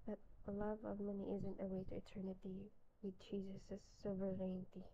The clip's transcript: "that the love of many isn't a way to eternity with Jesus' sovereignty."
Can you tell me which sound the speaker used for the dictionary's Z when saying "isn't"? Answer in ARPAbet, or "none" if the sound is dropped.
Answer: Z